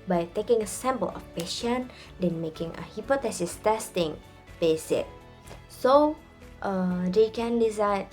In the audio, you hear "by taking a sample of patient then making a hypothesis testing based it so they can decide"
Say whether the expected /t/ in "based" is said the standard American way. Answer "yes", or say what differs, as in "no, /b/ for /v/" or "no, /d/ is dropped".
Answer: no, /t/ is dropped